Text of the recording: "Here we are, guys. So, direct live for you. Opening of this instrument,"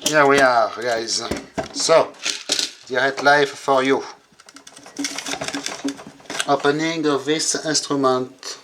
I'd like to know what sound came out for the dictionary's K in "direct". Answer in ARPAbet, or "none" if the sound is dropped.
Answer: none